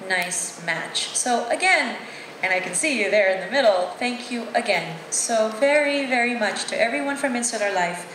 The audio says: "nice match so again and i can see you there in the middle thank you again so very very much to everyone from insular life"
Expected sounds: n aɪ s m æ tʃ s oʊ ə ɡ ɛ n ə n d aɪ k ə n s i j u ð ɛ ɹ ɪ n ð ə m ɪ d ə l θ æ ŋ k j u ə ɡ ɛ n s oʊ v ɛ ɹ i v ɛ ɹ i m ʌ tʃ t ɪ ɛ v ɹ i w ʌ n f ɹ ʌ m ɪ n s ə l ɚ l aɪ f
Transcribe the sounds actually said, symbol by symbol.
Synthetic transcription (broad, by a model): n aɪ s m æ tʃ s oʊ ə ɡ ɛ n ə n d aɪ k ə n s i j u ð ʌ ɹ ɪ n ð ə m ɪ d l θ æ ŋ k j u ə ɡ ɛ n s oʊ v ɛ ɹ i v ɛ ɹ i m ʌ tʃ t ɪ ɛ v ɹ i w ʌ n f ɹ ʌ m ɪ n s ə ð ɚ l aɪ f